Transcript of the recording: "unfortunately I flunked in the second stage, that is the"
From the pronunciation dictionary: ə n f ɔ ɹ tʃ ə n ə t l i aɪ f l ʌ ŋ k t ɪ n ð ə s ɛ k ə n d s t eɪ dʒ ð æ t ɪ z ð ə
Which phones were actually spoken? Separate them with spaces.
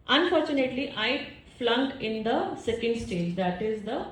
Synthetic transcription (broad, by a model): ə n f ɔ ɹ tʃ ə n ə t l i aɪ f l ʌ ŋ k ɪ n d ə s ɛ k ə n d s t eɪ dʒ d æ t ɪ z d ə